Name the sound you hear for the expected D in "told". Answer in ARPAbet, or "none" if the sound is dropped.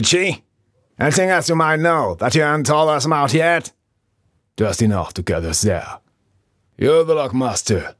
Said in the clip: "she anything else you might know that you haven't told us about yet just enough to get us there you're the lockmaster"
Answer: none